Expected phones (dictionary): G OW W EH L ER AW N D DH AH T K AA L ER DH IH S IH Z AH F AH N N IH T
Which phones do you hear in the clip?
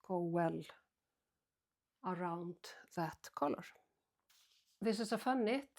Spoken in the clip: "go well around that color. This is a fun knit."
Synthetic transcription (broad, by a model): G OW W EH L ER AW N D DH AH T K AA L ER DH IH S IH S AH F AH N N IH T